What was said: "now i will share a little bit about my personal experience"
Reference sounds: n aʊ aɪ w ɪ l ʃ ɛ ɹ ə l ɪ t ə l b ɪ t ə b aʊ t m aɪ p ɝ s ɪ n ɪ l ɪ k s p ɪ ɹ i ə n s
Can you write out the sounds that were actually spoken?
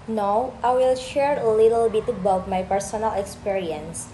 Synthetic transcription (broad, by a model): n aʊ aɪ w ɪ l ʃ ɛ ɹ ə l ɪ t ə l b ɪ t ə b aʊ t m aɪ p ɝ s ɪ n ɪ l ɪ k s p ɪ ɹ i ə n s